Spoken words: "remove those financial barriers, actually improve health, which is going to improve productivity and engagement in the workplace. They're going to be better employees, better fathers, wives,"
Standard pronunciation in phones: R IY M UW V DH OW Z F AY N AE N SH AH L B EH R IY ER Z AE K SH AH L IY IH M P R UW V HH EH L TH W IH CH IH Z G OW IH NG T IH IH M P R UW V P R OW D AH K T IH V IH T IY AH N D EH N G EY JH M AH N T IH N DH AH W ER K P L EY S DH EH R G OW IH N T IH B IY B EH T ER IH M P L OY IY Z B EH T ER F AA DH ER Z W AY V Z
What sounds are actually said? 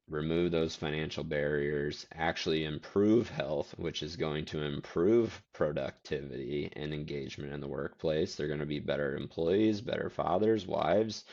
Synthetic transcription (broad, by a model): R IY M UW V DH OW Z F AY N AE N SH L B EH R IY ER Z AE K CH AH L IY IH M P R UW V HH EH L TH W IH CH IH Z G OW IH NG T IH IH M P R UW V P R OW D AH K T IH V IH T IY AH N EH N G EY JH M AH N T IH N DH AH W ER K P L EY S DH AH R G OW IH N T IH B IY B EH T ER IH M P L OY IY Z B EH T ER F AA DH ER Z W AY V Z